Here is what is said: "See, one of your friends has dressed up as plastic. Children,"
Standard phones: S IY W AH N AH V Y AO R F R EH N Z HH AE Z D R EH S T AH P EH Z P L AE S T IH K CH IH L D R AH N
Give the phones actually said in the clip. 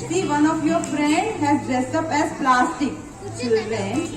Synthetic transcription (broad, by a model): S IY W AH N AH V Y AO R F R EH N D HH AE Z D EH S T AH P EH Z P L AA S T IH K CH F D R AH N